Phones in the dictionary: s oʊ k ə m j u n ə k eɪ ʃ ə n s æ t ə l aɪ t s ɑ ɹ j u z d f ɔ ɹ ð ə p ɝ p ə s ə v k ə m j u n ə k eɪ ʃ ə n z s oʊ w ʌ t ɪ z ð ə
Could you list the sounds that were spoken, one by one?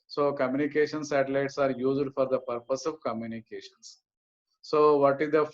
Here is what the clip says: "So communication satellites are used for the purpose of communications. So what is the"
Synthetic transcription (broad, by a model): s oʊ k ə m j u n ə k eɪ ʃ ə n s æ t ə l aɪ t s ɑ ɹ j u z d f ɔ ɹ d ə p ɝ p ə s ə v k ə m j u n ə k eɪ ʃ ə n s oʊ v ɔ t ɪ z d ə